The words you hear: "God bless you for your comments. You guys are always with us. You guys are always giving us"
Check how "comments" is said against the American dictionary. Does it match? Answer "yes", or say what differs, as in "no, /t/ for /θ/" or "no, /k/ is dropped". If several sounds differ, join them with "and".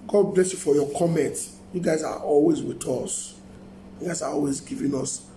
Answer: no, /s/ is dropped